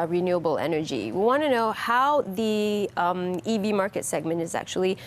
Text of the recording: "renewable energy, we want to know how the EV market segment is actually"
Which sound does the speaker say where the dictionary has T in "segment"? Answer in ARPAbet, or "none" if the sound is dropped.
T